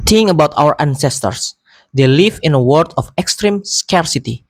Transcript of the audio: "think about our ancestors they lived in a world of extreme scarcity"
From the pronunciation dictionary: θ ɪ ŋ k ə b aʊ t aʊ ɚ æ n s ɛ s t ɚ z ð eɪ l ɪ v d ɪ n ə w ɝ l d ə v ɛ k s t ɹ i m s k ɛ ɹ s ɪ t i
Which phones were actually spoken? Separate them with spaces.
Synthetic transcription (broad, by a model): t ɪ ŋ ə b aʊ t aʊ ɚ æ n s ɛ s t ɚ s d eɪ l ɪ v ɪ n ə w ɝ d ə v ɛ k s t ɹ i m s k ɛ ɹ s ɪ t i